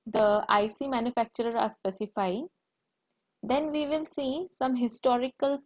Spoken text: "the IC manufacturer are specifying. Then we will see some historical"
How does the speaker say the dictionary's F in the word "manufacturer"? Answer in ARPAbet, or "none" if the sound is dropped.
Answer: F